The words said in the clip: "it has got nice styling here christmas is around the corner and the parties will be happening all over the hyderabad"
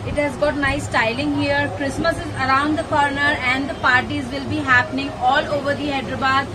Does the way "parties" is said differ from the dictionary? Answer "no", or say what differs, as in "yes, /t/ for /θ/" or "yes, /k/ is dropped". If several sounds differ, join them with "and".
no